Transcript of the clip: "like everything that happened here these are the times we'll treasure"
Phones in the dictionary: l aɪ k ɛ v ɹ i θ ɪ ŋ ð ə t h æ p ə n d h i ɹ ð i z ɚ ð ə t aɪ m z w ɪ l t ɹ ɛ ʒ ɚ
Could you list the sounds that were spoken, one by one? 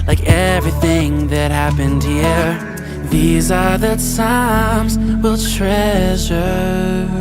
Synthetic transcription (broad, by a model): l aɪ k ɛ v ɹ i θ ɪ ŋ ð ə t h æ p ə n d h i ɹ ð i z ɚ ð ə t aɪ m z w ɪ l t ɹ ɛ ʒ ɚ